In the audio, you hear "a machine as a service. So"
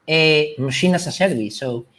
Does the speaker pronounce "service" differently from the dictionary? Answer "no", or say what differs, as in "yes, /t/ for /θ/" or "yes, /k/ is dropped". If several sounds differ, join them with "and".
yes, /b/ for /v/